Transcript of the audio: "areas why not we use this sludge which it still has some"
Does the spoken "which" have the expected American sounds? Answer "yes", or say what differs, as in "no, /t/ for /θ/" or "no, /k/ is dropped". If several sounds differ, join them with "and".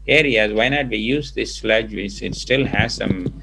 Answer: no, /s/ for /tʃ/